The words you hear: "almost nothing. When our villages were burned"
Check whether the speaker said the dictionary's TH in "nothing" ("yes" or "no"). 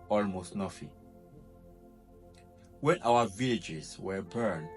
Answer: no